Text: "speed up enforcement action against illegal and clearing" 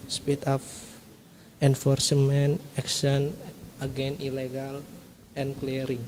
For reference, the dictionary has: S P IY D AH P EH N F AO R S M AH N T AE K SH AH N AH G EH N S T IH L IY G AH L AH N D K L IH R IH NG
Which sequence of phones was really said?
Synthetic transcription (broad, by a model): S P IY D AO F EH N F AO R S M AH N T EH K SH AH N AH G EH N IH L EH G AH L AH N K L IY R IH NG